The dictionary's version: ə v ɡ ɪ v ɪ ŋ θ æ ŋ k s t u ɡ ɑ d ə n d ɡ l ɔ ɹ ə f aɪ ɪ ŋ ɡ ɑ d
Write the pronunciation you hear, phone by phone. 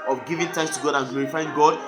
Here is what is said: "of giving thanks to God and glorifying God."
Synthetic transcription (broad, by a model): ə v ɡ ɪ v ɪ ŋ t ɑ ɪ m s t u ɡ ɑ d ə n ɡ l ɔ ɹ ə f aɪ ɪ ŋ ɡ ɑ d